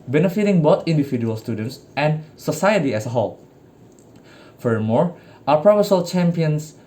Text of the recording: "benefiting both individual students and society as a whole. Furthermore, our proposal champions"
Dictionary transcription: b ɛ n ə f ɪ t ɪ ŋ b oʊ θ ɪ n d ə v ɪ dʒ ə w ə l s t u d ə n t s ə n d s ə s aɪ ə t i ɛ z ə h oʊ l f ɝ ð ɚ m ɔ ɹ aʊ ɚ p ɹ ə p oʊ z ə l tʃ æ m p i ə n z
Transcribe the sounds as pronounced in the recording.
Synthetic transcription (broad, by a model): b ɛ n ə f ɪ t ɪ ŋ b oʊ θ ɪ n d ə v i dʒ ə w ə l s t u d ə n t s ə n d s ə s aɪ ə t i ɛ s ə h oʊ l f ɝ ɚ m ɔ ɹ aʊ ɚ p ɹ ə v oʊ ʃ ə l tʃ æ m p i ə n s